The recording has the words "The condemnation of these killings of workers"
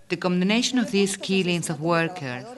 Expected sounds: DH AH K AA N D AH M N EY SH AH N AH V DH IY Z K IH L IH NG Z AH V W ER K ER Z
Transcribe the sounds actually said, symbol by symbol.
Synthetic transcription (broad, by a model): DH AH K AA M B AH N EY SH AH N AH V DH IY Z K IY L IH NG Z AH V W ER K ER